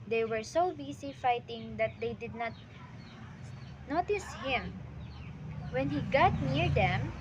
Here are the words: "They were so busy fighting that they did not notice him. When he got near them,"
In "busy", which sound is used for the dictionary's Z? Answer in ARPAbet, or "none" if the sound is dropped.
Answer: S